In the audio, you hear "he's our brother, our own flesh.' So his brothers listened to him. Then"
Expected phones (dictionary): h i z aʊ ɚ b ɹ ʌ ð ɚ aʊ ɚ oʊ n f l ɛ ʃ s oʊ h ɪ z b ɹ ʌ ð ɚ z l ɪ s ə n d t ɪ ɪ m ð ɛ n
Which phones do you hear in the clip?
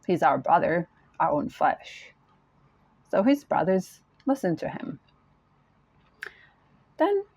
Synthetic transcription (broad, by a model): h i z aʊ ɚ b ɹ ʌ ð ɚ aʊ ɚ oʊ n f l ɛ ʃ s oʊ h ɪ z b ɹ ʌ ð ɚ z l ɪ s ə n t ɪ ɪ m ð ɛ n